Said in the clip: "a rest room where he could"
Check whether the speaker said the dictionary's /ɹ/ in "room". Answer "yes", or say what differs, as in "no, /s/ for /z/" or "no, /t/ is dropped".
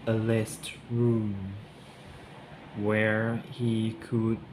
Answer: yes